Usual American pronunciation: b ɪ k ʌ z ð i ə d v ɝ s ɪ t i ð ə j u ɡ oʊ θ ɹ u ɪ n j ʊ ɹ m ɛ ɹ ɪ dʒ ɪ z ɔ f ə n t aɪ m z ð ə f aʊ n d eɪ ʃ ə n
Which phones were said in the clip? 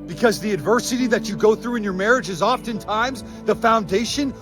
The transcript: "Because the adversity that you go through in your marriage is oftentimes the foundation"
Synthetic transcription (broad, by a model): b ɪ k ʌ z ð i ə d v ɝ s ɪ t i ð ə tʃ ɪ ɡ oʊ θ ɹ u ɪ n j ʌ ɹ m ɛ ɹ ɪ dʒ ɪ z ɔ f ə n t aɪ m z ð ə f aʊ n d eɪ ʃ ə n